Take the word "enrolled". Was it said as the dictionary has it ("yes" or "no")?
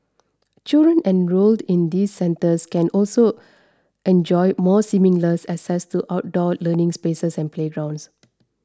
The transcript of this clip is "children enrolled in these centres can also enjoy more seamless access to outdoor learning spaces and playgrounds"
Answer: yes